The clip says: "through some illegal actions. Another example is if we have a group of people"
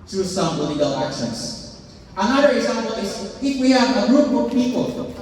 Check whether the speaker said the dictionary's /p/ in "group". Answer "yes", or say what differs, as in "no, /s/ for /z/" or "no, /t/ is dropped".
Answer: no, /b/ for /p/